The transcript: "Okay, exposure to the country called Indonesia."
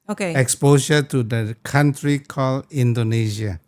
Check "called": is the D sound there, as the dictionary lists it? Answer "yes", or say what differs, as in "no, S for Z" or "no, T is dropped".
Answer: no, D is dropped